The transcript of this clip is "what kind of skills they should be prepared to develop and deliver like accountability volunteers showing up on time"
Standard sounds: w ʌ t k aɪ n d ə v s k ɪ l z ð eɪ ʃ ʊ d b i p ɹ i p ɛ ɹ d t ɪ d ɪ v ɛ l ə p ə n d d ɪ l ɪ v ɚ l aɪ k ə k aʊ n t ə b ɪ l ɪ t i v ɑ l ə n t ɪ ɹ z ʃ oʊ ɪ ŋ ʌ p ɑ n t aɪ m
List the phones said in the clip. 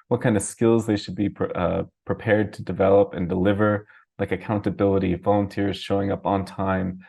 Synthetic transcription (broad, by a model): w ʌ t k aɪ n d ə v s k ɪ l z ð eɪ ʃ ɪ d b i p ɹ i p ɛ ɹ d t ɪ d ɪ v ɛ l ə p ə n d d ɪ l ɪ v ɚ l aɪ k ə k aʊ n t ə b ɪ l ɪ t i v ɑ l ə n t ɪ ɹ z ʃ oʊ ɪ ŋ ʌ p n t aɪ m